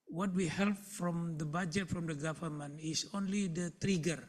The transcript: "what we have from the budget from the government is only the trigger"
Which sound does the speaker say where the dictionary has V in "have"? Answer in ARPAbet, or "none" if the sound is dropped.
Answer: P